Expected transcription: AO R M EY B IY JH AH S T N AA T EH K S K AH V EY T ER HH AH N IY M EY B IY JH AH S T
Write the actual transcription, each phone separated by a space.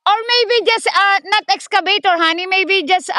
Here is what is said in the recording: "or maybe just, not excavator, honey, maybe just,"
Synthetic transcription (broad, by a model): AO R M EY B IY JH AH S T N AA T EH K S K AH B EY T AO HH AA N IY M EY B IY JH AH S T